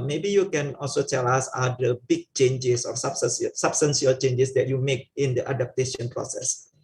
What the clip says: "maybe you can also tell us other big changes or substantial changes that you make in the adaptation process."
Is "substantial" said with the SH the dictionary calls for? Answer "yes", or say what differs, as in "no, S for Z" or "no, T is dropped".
no, S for SH